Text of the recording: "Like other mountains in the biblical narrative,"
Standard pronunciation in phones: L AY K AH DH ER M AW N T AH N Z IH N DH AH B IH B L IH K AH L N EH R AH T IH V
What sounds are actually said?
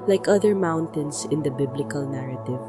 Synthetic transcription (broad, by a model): L AY K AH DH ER M AW N T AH N S IH N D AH B IH B L IH K AH L N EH R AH T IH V